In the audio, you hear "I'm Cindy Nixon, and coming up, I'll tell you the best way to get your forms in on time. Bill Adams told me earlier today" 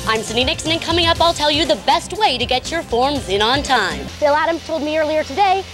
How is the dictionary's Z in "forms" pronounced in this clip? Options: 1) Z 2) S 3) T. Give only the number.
1